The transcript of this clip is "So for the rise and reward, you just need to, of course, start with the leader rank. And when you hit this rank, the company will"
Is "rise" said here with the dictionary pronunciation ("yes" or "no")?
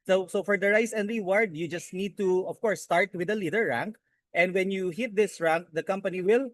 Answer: no